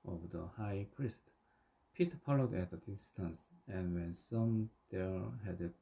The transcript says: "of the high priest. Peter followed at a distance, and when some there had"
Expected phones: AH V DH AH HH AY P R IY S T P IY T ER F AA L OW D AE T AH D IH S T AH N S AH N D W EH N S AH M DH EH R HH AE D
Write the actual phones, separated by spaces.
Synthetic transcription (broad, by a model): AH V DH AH HH AY P R IY S T P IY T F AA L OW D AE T AH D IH S T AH N S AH N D W EH N S AH M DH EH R HH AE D